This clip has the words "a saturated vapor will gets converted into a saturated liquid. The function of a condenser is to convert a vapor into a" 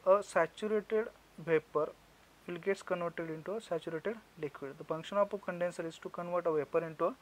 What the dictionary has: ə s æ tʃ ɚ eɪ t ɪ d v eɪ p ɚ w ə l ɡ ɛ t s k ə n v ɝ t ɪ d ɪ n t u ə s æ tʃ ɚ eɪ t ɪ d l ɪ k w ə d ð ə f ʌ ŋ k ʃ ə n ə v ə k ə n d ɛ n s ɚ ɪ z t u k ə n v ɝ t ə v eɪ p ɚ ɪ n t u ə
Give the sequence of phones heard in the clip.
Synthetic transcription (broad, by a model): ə s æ tʃ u eɪ t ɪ d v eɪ p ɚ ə l ɡ ɛ t s k ə n v ɝ t ɪ d ɪ n t u ə s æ tʃ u eɪ t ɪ d l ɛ k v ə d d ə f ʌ ŋ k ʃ ə n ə p ə k ə n d ɛ n s ɚ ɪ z t u k ə n v ɝ t ə v eɪ p ɚ ɪ n t u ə